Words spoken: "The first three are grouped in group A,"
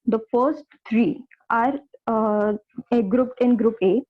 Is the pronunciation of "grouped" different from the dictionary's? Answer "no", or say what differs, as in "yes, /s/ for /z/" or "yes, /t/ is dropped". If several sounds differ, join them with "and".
no